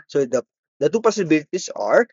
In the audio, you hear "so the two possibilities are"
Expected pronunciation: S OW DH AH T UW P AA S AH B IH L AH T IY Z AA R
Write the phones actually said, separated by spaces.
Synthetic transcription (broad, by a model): S OW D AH T UW P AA S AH B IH L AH T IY S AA R